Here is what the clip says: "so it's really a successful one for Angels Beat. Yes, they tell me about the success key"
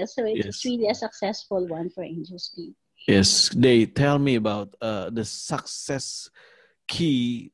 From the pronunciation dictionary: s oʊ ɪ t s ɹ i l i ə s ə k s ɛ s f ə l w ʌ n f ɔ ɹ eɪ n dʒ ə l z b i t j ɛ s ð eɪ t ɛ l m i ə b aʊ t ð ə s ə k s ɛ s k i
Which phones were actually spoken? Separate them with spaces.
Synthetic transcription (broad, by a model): s oʊ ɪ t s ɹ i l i ə s ə k s ɛ s f ə l w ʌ n f ɔ ɹ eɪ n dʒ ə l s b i j ɛ s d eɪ t ɛ l m i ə b aʊ t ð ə s ə k s ɛ s k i